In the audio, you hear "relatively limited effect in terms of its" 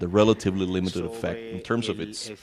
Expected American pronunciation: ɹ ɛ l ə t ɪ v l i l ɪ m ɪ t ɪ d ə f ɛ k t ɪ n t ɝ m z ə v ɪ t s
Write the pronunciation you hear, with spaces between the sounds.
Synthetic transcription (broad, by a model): ɹ ɛ l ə t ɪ v l i l ɪ m ɪ t ɪ d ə f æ k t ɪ n t ɝ m z ə v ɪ t s